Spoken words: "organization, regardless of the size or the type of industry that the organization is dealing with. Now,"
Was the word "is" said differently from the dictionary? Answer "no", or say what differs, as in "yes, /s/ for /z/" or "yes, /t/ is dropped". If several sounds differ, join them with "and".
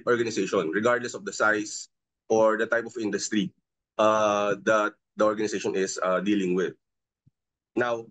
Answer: yes, /s/ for /z/